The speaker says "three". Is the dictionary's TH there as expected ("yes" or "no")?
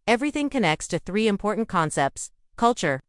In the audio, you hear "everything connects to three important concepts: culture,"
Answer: yes